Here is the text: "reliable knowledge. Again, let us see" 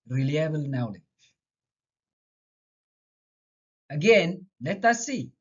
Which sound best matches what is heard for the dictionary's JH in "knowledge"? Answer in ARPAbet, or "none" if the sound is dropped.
none